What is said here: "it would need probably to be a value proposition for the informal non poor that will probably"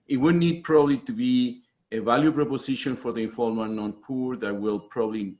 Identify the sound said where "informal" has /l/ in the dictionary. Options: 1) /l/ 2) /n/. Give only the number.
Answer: 2